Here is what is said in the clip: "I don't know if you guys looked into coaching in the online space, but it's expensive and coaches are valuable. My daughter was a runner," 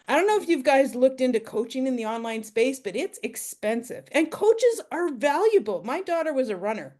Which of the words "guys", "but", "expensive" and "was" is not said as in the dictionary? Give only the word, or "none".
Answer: none